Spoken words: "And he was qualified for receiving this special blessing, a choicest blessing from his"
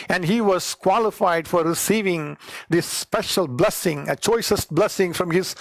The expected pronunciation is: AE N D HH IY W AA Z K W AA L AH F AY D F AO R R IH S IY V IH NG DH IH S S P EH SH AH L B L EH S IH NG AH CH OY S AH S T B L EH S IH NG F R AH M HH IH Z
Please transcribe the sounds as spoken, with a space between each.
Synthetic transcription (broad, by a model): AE N D HH IY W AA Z K W AA L AH F AY D F AO R R IH S IY V IH NG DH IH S S P EH SH AH L B L EH S IH NG AH CH OY S AH S T B L EH S IH NG F R AH M HH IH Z